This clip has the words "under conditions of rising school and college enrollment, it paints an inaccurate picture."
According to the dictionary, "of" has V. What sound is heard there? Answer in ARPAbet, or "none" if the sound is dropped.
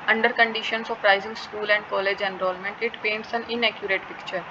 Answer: P